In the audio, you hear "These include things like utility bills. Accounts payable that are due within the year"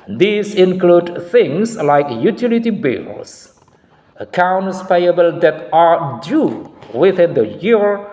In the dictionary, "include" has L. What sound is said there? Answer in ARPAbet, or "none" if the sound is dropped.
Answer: L